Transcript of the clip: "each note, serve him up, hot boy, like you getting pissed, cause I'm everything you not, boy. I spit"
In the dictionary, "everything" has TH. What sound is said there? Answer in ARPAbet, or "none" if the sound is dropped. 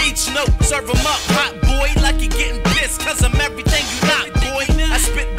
TH